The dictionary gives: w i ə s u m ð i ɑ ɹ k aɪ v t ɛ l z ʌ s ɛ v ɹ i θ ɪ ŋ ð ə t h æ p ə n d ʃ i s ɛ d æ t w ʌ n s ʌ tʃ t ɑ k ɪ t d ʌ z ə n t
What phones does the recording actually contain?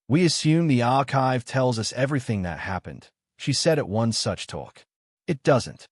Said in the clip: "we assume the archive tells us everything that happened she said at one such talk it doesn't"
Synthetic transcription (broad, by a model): w i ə s u m ð i ɑ ɹ k aɪ v t ɛ l z ʌ s ɛ v ɹ i θ ɪ ŋ ð ə t h æ p ə n d ʃ i s ɛ d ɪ t w ʌ n s ʌ tʃ t ɑ k ɪ t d ʌ z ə n t